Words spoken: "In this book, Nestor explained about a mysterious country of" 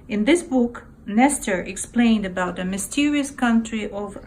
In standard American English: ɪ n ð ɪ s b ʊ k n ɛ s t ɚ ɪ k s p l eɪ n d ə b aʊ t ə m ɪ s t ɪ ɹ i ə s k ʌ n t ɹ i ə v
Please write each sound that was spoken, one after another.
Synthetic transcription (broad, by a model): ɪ n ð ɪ s b ʊ k n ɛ s t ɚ ɪ k s p l eɪ n d ə b aʊ t ə m ɪ s t ɪ ɹ i ə s k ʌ n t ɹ i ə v